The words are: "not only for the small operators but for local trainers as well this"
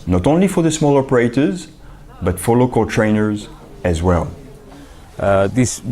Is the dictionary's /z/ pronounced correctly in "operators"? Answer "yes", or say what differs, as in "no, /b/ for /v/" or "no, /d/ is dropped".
yes